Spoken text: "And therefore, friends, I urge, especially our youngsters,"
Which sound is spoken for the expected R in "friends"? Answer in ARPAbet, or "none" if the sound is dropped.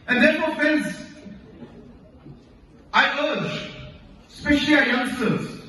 none